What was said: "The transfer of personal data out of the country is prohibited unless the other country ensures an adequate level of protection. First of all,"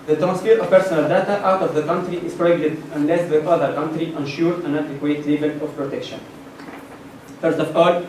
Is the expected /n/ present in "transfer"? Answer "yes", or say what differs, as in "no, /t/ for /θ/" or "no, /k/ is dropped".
yes